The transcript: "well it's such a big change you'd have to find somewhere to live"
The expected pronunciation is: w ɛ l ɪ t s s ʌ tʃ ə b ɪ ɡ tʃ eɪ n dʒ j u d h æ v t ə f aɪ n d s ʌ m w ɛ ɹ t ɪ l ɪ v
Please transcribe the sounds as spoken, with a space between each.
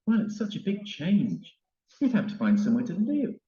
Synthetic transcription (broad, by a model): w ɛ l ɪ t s s ʌ tʃ ə b ɪ ɡ tʃ eɪ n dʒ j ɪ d h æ p t ə f aɪ n d s ʌ m w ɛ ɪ t ɪ l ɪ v